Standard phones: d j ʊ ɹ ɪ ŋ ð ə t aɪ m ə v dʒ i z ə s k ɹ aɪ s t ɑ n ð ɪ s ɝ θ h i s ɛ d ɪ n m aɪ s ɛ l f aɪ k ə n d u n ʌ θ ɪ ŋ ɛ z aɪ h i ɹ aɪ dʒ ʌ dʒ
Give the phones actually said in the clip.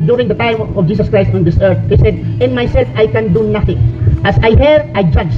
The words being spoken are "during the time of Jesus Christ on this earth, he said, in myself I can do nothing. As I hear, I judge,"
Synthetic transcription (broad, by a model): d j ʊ ɹ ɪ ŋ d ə t aɪ m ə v dʒ i s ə s k ɹ aɪ s t ɑ n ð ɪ s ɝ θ h i s ɛ d ɪ n m aɪ s ɛ l f aɪ k ə n d u n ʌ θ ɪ ŋ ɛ s aɪ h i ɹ aɪ dʒ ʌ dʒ